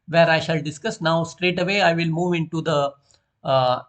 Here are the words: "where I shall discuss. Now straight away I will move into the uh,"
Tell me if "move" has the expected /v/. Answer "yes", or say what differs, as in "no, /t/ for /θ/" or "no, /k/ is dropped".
yes